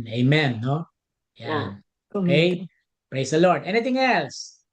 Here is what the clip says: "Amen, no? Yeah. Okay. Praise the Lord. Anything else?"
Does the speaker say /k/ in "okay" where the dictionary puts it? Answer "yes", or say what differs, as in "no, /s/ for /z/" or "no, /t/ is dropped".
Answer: no, /k/ is dropped